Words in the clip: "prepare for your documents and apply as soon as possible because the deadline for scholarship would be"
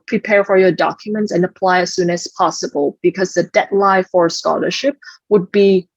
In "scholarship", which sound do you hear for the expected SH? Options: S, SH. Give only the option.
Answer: SH